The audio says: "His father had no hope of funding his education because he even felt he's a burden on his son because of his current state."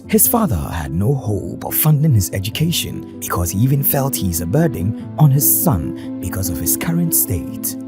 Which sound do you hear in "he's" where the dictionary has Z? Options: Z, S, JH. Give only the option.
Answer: Z